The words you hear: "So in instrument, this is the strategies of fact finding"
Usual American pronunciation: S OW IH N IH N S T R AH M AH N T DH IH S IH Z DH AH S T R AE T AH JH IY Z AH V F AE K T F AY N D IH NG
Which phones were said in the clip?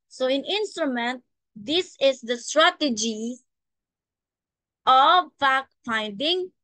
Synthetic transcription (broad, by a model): S OW IH N IH N S T R AH M AH N T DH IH S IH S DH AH S T R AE T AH JH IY AH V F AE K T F AY N D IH NG